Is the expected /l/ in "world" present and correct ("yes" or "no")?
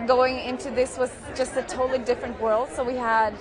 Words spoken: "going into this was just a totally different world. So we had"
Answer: yes